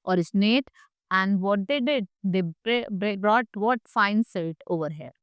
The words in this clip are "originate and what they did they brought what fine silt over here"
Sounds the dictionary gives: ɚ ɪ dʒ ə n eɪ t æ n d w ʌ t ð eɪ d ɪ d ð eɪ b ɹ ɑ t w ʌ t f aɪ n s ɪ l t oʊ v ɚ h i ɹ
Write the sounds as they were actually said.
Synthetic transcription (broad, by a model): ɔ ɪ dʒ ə n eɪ t æ n d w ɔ t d eɪ d ɪ d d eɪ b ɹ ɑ t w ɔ t f aɪ n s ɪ t oʊ v ɚ h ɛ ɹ